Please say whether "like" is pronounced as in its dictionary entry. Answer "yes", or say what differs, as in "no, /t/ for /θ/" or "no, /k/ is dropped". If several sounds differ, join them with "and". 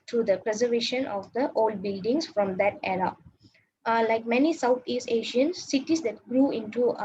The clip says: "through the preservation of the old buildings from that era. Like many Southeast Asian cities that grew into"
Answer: yes